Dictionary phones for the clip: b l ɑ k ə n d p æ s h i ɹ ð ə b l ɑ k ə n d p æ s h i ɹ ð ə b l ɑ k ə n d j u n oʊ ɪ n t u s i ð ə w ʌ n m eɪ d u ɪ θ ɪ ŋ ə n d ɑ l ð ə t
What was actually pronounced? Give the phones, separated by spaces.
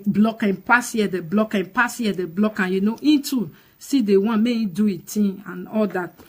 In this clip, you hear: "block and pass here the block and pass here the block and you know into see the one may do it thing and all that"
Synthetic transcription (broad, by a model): b l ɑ k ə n p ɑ s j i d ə b l ɑ k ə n p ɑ s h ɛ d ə b l ɑ k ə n j u n oʊ ɪ n t u s i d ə w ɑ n m eɪ d u ɪ t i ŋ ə n ɑ l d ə t